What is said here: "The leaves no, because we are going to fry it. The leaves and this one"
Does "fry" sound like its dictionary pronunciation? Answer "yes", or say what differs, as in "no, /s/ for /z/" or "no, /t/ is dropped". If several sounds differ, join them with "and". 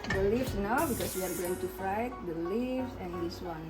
no, /ɹ/ is dropped